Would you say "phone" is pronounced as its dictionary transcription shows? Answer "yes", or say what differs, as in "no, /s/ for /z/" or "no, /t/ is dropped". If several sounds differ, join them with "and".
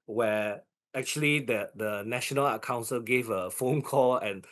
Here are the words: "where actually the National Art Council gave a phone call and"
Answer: yes